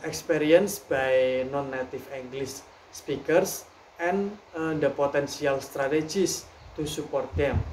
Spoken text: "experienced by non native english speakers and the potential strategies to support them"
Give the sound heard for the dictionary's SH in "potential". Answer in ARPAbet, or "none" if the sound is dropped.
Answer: S